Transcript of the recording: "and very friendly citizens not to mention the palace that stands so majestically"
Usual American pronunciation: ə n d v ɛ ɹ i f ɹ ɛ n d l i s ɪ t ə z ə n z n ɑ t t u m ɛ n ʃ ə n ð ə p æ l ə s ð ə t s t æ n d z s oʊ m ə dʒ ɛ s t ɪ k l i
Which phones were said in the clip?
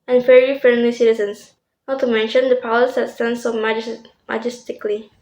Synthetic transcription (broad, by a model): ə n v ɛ ɹ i f ɹ ɛ n d l i s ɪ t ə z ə n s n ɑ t t u m ɛ n ʃ ə n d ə p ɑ w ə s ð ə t s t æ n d s oʊ m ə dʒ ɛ s t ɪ k l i